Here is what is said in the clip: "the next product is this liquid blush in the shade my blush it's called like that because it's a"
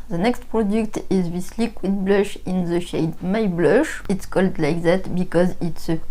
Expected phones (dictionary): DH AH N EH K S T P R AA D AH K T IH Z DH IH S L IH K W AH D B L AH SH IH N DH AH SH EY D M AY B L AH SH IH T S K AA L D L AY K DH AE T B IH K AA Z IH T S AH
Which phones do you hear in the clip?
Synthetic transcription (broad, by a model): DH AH N EH K S T P R AA D AH K T IH Z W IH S L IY K W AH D B L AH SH IH N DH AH SH EY D M AY B L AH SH IH T S K AA L D L AY K DH AE T B IH K AA Z IH T S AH